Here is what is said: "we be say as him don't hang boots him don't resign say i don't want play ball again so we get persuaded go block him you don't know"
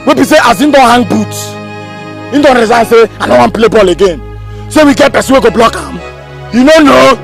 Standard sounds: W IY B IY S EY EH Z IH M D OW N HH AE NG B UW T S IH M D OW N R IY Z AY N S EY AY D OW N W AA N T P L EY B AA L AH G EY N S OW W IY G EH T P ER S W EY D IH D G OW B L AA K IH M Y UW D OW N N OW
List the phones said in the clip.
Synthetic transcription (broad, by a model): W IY B IY S EY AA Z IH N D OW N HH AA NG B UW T IH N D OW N R IY Z AY N S EY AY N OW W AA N P L EY B AA L AH G EY N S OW W IY G EH T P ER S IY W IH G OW B L AA K IH M Y UW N OW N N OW